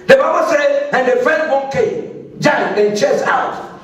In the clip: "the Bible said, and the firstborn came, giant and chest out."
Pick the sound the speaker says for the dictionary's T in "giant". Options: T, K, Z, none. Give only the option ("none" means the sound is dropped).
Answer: none